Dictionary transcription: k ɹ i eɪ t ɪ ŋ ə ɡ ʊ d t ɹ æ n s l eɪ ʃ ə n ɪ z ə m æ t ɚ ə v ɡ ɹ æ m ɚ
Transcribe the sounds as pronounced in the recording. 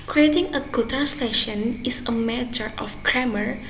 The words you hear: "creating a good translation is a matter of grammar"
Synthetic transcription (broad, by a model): k ɹ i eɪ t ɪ ŋ ə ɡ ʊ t æ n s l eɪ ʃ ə n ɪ s ə m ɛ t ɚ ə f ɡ ɹ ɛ m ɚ